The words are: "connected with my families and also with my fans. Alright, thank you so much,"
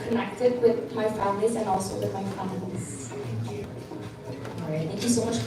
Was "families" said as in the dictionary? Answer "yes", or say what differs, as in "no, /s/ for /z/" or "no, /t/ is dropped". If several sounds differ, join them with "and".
yes